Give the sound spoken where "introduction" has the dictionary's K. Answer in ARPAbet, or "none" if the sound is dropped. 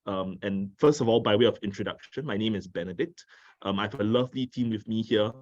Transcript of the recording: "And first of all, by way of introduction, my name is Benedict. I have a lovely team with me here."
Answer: K